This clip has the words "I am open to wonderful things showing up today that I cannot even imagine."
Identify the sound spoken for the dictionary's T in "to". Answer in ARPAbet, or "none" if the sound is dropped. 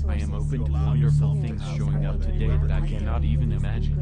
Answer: T